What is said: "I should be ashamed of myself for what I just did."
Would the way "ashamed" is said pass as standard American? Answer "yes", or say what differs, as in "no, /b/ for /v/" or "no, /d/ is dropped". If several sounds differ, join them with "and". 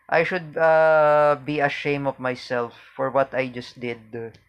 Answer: no, /d/ is dropped